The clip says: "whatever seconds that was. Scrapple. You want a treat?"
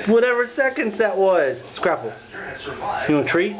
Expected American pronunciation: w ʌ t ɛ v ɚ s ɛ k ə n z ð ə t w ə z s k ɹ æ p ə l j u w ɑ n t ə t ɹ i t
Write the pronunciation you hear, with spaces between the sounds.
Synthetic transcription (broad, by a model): w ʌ t ɛ v ɚ s ɛ k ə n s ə t w ə z s k ɹ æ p l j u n ə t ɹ i